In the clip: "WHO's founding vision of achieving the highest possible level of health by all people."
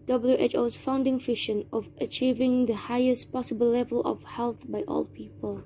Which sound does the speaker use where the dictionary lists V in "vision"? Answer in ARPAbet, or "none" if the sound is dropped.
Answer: F